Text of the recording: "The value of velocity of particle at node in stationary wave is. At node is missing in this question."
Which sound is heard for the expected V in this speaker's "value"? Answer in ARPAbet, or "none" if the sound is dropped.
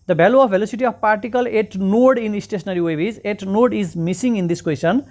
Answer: B